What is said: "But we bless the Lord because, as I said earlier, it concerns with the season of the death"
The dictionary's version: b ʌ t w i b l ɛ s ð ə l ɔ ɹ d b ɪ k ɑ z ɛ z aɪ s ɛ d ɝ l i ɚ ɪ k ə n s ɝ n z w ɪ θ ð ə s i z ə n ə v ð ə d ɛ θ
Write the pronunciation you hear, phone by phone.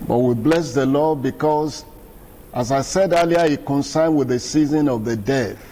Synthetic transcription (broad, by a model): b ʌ t w i b l ɛ s ð ə l ɔ d b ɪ k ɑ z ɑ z aɪ s ɛ d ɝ l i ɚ ɪ k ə n s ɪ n w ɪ ð ə s i z ə n ə v ð ə d ɛ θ